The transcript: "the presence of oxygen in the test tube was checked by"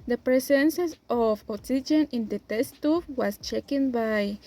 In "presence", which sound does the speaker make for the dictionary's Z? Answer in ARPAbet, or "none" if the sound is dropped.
S